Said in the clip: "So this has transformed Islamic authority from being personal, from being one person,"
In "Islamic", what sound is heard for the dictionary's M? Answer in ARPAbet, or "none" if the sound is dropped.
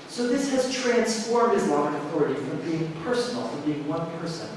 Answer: none